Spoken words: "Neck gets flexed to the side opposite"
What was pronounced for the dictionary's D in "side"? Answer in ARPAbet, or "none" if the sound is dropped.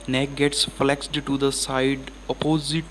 D